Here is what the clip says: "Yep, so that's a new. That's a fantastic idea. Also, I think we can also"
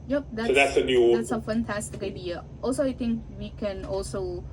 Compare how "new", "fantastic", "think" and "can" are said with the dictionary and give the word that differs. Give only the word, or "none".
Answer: think